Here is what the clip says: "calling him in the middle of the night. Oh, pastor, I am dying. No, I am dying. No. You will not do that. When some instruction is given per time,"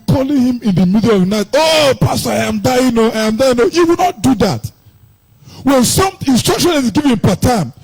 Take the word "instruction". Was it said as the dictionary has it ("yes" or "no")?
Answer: yes